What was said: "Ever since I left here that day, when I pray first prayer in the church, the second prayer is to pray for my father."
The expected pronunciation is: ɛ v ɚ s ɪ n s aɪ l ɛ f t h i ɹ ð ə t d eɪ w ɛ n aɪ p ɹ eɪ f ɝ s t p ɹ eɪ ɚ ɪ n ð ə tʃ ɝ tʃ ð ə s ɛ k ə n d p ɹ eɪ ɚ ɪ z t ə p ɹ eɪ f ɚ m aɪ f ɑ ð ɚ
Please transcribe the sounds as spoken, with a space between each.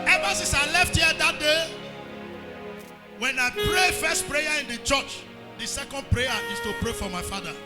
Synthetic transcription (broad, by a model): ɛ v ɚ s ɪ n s aɪ l ɛ f t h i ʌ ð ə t d eɪ w ɛ n aɪ p ɹ eɪ f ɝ s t p ɹ eɪ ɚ ɪ n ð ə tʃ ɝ tʃ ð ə s ɛ k ə n d p ɹ eɪ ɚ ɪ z t ə p ɹ eɪ f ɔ m aɪ f ɑ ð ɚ